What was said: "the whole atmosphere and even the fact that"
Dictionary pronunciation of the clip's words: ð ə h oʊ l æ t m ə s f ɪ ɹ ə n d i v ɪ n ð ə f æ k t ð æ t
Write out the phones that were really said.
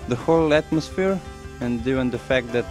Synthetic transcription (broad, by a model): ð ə h oʊ l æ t m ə s f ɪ ɹ ə n d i ɪ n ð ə f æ k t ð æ t